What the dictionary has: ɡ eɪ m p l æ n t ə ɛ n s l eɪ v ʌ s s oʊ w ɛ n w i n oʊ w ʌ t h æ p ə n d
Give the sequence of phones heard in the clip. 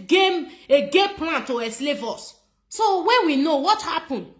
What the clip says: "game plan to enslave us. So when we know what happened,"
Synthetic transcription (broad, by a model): ɡ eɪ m p l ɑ n t ə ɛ s l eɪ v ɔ s s oʊ w ɛ n w i n oʊ w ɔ t h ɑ p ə n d